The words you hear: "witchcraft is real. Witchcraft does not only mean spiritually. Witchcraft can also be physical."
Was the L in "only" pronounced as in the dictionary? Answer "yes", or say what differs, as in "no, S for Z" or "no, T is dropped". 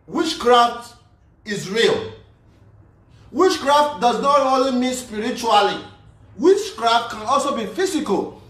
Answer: yes